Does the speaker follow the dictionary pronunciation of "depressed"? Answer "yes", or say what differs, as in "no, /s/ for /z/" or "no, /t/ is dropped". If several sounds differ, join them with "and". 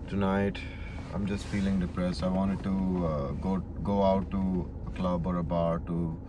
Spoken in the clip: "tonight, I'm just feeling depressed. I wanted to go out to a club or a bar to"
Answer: no, /t/ is dropped